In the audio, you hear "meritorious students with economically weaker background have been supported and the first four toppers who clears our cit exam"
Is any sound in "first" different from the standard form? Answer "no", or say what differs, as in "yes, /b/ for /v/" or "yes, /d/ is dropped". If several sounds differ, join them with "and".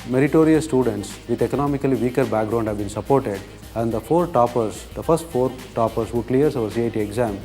yes, /p/ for /f/